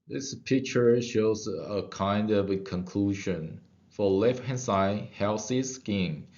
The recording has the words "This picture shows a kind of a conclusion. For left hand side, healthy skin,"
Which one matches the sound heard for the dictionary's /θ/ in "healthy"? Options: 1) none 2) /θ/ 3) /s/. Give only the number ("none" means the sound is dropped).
3